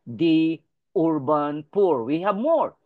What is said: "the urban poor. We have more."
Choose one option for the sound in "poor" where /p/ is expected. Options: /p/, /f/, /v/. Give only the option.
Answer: /p/